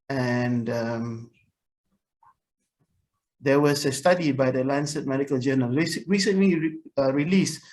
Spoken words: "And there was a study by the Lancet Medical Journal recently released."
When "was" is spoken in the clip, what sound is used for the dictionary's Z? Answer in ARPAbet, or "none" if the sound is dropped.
S